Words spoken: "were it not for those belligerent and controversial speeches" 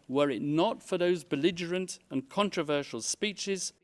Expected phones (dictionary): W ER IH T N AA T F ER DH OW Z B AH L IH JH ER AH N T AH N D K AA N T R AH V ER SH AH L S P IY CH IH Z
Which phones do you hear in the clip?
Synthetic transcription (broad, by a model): W ER IH T N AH T F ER DH OW Z B AH L IH JH ER AH N T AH N K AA N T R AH V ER SH AH L S P IY CH IH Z